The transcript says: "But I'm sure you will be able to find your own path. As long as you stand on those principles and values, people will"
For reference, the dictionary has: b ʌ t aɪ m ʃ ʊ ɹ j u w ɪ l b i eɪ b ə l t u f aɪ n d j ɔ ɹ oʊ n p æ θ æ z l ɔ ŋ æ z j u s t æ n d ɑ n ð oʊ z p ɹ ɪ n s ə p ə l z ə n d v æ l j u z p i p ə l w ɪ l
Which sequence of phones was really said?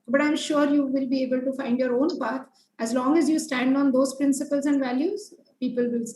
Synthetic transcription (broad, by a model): b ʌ t aɪ m ʃ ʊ ɹ j u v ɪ l b i eɪ b ə l t u f aɪ n d j ɔ ɹ oʊ n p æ t æ z l ɔ ŋ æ z j u s t æ n d ɑ n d oʊ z p ɹ ɪ n s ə p ə l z ə n d v æ l j u z p i p ə l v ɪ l